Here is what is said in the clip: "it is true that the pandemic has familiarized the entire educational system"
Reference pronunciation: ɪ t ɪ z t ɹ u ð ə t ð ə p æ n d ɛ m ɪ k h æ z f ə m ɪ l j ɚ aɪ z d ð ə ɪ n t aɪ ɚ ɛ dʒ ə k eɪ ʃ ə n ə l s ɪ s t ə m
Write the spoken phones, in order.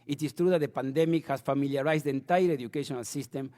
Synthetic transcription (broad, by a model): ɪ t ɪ s t ɹ u ð ə t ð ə p æ n d ɛ m ɪ k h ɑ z f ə m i l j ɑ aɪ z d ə n t aɪ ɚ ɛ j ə k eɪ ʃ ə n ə l s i s t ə m